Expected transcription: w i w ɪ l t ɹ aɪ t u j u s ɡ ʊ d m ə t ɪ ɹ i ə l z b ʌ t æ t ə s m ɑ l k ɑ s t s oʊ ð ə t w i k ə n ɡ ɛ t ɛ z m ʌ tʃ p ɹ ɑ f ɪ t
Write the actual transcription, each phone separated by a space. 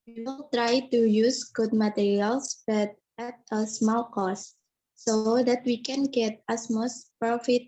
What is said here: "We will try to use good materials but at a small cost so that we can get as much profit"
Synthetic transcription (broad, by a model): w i w ɪ l t ɹ aɪ t u j u s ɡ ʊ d m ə t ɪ ɹ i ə l s b ʌ t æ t ə s m ɑ l k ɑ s s oʊ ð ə t w i k ə n ɡ ɛ t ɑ s m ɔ s p ɹ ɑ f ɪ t